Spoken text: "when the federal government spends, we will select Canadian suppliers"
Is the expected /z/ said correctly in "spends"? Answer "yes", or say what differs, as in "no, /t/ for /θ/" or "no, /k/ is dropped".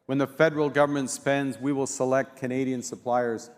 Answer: yes